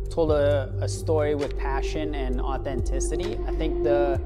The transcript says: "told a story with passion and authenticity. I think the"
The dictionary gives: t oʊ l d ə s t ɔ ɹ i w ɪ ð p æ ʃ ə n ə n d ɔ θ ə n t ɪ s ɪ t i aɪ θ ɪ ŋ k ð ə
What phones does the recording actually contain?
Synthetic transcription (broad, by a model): t oʊ l d ə s t ɔ ɹ i w ɪ ð p æ ʃ ə n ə n ɔ θ ə n t ɪ s ɪ t i aɪ θ ɪ ŋ k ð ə